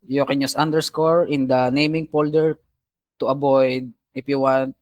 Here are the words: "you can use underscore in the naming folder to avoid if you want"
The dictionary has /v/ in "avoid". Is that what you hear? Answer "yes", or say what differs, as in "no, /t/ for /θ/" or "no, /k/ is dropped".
no, /b/ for /v/